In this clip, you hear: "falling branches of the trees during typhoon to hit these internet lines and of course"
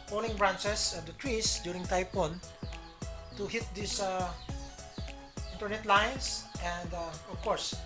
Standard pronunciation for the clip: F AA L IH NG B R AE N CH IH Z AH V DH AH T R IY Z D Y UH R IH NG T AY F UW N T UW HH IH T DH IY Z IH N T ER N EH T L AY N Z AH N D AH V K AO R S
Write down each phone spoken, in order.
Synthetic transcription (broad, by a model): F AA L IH NG B R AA N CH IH S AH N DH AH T R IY S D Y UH R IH NG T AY P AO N T UW HH IH T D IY S IH N T ER N EH T L AY N S AH N D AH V K AO R S